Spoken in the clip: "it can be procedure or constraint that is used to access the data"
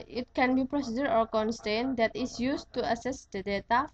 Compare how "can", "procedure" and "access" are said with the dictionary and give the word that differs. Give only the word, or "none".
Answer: access